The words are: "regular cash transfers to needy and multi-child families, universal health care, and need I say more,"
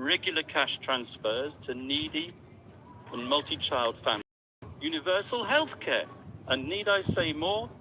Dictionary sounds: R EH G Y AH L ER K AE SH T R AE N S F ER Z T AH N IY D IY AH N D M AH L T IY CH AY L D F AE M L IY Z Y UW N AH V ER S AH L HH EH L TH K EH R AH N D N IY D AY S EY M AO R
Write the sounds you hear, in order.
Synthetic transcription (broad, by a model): R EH G Y L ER K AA SH T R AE N S F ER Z T AH N IY D IY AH N M AH L T IY CH AY L D F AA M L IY Y UW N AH V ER S AH L HH EH L TH K EH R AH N N IY D AY S EY M AO